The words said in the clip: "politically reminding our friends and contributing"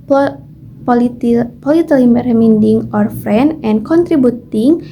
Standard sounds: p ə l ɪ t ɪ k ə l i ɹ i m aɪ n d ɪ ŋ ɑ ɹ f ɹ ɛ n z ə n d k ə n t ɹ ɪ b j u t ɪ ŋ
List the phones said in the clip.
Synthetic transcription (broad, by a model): p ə l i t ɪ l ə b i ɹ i m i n d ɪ ŋ ɑ ɹ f ɹ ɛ n ə n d k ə n t ɹ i b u t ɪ ŋ